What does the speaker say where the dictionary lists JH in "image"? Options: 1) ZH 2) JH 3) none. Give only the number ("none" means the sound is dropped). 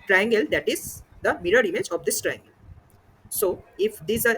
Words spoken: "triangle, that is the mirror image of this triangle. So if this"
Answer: 2